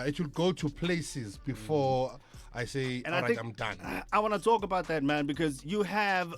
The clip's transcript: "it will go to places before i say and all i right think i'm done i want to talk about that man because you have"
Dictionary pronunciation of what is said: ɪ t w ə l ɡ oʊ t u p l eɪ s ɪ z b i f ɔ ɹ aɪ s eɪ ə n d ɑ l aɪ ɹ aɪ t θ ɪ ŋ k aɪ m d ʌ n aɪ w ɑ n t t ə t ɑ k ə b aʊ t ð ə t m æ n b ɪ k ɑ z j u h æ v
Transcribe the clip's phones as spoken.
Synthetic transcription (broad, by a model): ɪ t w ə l ɡ oʊ t u p l eɪ s ɪ z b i f ɔ aɪ s eɪ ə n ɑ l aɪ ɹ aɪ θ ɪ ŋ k aɪ m d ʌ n aɪ w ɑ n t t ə t ɑ k ə b aʊ t ð ə t m æ n b ɪ k ɑ z j u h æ v